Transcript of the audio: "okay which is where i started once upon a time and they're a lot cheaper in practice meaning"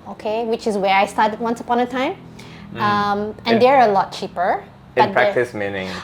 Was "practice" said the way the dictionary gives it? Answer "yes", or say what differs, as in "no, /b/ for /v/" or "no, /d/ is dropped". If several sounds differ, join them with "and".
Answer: no, /k/ is dropped